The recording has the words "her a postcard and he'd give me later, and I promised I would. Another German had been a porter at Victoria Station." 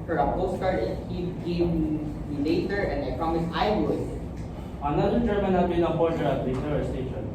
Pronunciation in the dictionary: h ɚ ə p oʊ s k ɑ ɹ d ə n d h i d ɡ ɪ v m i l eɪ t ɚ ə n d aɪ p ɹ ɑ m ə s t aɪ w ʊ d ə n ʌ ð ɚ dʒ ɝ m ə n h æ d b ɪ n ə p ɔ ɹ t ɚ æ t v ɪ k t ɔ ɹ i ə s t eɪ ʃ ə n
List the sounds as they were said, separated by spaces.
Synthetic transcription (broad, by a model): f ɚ ə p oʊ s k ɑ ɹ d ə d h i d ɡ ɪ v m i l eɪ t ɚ ə n d aɪ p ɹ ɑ m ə s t aɪ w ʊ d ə n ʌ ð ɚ dʒ ɝ m ə n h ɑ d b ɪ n ə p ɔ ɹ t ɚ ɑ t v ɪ t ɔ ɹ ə s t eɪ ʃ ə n